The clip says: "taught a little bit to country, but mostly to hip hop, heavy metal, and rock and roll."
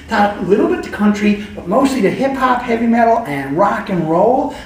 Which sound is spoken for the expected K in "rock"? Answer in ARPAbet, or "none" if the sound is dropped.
K